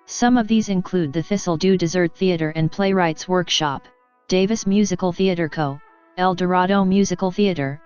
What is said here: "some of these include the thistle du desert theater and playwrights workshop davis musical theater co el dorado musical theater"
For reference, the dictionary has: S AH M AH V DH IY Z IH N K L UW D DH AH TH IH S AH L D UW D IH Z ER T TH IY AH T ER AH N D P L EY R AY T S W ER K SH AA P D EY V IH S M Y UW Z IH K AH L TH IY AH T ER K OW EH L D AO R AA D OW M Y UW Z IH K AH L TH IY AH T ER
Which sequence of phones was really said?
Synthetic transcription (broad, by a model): S AH M AH V DH IY Z IH N K L UW D DH AH TH IH S L D UW D IH Z ER T TH IY AH T ER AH N P L EY R AY T S W ER K SH AA P D EY V IH S M Y UW Z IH K L TH IY AH T ER K OW EH L D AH R AA D OW M Y UW Z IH K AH L TH IY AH T ER